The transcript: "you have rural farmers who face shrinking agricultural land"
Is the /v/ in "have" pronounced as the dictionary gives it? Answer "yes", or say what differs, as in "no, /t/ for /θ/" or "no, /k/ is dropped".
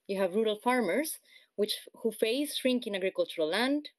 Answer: yes